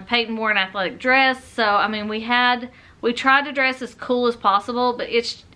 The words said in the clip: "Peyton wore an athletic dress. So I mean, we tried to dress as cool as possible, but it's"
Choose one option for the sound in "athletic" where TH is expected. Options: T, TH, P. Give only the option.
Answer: TH